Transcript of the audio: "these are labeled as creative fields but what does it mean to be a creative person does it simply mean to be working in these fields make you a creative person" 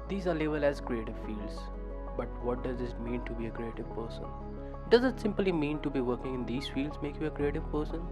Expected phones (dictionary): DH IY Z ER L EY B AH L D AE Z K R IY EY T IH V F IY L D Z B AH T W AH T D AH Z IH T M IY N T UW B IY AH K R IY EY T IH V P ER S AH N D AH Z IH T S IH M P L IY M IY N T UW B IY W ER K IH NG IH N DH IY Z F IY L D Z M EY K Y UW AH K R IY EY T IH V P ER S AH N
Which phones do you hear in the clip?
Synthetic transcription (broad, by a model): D IY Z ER L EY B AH L AE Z K R IY EY T IH V F IY L D Z B AH T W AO T D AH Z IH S M IY N T UW B IY AH K R IY EY T IH V P ER S AH N D AH Z IH T S IH M P L IY M IY N T UW B IY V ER K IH NG IH N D IY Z F IY L D Z M EY K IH AH K R IY EY T IH V P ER S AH N